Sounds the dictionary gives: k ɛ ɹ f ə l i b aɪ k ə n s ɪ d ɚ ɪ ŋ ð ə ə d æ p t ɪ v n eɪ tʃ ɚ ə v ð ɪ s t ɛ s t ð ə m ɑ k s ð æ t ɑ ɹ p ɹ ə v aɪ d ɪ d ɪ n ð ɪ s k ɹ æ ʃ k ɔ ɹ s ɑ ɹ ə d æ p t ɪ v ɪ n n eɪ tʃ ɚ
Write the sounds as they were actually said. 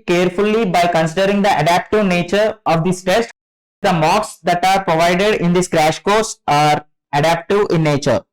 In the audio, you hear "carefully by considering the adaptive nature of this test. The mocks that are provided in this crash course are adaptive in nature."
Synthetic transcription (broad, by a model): k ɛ ɹ f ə l i b aɪ k ə n s ɪ d ɚ ɪ ŋ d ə ə d æ p t ɪ v n eɪ tʃ ɚ ə v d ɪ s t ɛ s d ə m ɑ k s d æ t ɑ ɹ p ɹ ə v aɪ d ɪ d ɪ n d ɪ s k ɹ æ ʃ k ɔ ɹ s ɑ ɹ ə d æ p t ɪ v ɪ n n eɪ tʃ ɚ